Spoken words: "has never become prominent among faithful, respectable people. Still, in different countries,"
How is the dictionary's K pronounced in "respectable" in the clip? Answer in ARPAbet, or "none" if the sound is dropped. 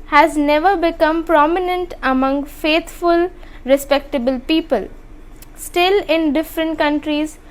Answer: K